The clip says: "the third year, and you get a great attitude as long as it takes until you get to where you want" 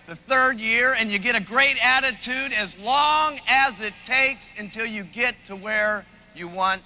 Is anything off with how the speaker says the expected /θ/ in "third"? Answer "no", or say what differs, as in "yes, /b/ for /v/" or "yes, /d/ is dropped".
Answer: no